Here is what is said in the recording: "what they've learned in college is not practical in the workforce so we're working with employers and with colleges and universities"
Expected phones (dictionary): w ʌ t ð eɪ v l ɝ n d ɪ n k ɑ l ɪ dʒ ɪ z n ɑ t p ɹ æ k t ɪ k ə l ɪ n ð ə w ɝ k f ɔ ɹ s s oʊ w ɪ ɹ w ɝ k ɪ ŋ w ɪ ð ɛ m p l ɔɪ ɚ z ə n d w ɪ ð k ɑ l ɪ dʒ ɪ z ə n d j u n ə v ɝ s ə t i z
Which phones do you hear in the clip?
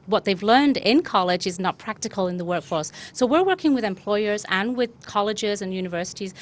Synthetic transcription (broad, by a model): w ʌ t ð eɪ v l ɝ n d ɪ n k ɑ l ɪ dʒ ɪ z n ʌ t p ɹ æ k t ɪ k ə l ɪ n ð ə w ɝ k f ɔ ɹ s s oʊ w ɪ ɹ w ɝ k ɪ ŋ w ɪ ð ɛ m p l ɔɪ ɚ z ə n w ɪ ð k ɑ l ɪ dʒ ɪ z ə n j u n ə v ɝ s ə t i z